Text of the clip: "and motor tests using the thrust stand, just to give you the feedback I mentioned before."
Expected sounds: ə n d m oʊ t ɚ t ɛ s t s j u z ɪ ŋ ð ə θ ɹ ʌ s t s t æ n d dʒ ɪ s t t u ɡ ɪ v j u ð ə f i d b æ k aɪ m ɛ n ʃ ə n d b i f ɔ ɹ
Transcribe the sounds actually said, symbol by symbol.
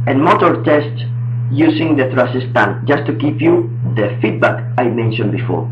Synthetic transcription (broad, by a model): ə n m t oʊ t t ɛ s t s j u s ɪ ŋ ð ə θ ɹ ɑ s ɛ s t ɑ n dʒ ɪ s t t u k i p j u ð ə f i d b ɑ k aɪ m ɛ n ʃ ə n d b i f ɔ ɹ